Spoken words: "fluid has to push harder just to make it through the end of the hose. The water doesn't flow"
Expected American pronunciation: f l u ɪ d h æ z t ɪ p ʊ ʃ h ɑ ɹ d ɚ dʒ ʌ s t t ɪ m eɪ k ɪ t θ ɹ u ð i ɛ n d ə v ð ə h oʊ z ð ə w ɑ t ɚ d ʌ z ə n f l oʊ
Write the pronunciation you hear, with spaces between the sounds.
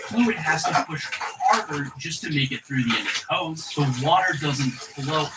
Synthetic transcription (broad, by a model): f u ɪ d h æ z t ɪ p ʊ ʃ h ɑ ɹ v ɚ dʒ ʌ s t t ɪ m eɪ k ɪ t θ ɹ u ð i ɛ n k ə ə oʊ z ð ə w ɑ t ɚ d ʌ z ə n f l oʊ